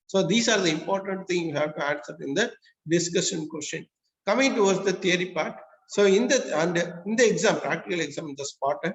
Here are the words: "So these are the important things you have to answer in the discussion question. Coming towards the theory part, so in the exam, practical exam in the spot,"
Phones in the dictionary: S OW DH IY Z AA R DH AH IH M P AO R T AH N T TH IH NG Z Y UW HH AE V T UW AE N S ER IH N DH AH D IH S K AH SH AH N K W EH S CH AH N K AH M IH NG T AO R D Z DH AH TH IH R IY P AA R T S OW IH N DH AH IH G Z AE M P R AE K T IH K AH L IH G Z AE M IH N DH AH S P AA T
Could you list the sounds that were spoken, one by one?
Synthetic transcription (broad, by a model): S OW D IY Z AA R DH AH IH M P AO R T AH N T T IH NG Y UW HH AE V T UW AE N S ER IH N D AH D IH S K AH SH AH N K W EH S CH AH N K AH M IH NG T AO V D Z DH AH T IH R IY P AA R T S OW IH N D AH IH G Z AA M P R AE K T IH K AH L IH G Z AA M IH N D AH S P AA T